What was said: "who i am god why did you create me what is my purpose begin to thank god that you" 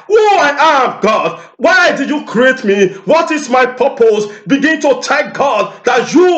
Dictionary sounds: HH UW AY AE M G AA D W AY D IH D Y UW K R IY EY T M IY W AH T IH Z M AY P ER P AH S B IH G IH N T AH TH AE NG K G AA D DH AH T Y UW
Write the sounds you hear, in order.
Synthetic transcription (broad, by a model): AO AY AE M G AA D W AY D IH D Y UW K R IY EY T M IY W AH T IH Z M AY P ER P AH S B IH G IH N T AH T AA K G AA D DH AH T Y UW